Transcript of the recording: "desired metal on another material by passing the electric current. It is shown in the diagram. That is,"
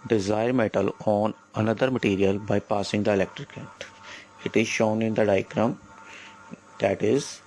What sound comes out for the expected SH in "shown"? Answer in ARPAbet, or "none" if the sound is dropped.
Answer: SH